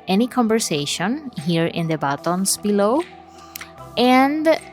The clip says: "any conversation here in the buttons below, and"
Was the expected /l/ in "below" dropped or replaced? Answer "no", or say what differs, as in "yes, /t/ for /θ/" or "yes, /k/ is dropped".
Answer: no